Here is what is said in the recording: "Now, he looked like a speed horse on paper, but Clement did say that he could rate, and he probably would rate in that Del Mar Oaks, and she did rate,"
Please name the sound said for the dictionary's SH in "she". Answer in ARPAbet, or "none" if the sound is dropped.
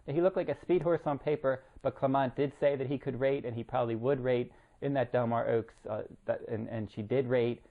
SH